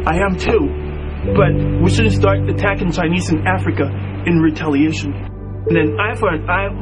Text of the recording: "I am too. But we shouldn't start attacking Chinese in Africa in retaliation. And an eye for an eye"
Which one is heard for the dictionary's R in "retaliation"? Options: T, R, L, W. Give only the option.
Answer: R